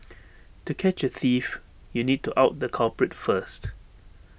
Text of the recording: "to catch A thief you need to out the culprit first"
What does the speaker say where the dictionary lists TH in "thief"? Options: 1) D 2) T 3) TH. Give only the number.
3